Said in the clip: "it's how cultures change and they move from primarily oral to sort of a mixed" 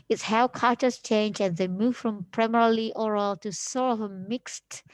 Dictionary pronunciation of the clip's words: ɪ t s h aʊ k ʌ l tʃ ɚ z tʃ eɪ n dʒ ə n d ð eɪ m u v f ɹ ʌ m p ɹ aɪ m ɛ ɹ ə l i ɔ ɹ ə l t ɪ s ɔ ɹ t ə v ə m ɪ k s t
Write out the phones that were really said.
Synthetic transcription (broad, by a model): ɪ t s h aʊ k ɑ tʃ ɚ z tʃ eɪ n dʒ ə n ð eɪ m u v f ɹ ʌ m p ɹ aɪ m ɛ ɹ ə l i ɔ ɹ ə l t ɪ s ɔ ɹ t ə v ə m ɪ k s t